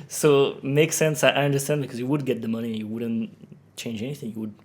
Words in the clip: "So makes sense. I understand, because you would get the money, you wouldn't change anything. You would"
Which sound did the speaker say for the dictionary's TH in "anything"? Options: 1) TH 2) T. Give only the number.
1